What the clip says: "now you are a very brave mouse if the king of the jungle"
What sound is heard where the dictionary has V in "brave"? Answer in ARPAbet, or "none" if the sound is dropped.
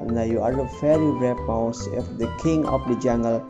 P